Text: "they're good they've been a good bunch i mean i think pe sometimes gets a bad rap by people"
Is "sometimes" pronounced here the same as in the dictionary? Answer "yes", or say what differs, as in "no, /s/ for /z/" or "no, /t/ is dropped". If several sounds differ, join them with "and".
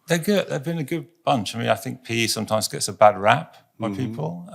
yes